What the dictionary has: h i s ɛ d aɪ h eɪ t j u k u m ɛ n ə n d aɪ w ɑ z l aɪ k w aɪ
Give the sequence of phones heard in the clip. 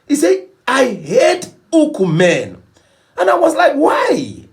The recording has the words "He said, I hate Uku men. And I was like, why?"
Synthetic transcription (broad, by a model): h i s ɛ aɪ h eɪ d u k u m ɛ n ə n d aɪ w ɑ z l aɪ k w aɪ